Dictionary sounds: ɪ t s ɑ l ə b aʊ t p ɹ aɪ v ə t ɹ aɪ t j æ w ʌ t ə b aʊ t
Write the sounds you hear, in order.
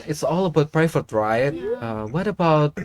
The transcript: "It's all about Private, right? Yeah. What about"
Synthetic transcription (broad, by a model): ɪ t s ɑ l ə b aʊ t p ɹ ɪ f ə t ɹ aɪ t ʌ w ʌ t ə b aʊ t